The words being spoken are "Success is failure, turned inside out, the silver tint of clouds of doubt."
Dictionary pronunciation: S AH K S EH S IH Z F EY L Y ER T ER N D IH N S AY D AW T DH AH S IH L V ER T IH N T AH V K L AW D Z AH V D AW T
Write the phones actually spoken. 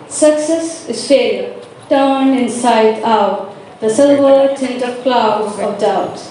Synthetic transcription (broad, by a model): S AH K S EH S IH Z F EY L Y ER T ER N IH N S AY D AW T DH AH S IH L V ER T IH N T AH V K L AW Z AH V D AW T